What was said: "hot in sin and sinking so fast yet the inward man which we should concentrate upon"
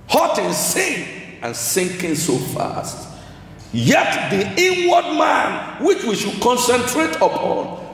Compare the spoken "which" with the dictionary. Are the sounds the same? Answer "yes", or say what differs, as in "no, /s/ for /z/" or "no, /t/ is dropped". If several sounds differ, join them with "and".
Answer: yes